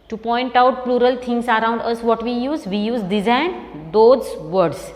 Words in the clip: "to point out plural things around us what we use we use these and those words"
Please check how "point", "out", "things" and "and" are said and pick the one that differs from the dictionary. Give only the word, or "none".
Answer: things